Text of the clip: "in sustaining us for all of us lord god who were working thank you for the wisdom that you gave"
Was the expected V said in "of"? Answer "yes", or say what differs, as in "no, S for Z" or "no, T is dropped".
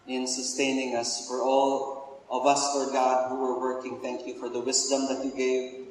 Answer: yes